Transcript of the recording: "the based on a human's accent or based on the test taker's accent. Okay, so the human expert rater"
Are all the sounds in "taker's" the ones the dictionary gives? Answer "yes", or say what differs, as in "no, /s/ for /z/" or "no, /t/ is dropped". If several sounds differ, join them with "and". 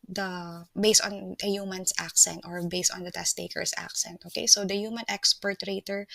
no, /s/ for /z/